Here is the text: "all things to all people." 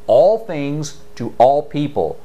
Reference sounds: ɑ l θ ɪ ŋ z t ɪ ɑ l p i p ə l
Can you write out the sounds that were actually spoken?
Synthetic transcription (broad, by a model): ɑ l θ ɪ ŋ z t ɪ ɑ l p i p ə l